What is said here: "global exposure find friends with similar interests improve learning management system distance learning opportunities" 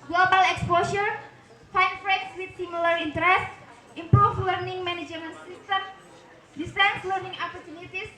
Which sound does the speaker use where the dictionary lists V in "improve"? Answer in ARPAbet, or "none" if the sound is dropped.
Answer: F